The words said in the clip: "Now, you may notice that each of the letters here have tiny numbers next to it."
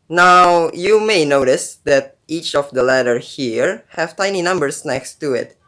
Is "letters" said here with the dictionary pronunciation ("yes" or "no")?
no